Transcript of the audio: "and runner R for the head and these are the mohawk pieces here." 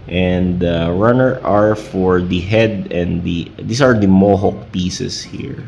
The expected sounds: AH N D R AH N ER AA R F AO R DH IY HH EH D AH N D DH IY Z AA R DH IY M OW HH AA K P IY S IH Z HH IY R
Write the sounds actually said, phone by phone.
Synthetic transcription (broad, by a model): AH N D R AH N ER AA R F AO R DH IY HH EH D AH N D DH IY S AA R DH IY M OW HH AA K P IY S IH S HH IY R